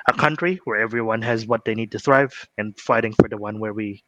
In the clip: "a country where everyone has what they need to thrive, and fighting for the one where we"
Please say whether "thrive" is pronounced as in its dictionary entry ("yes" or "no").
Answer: yes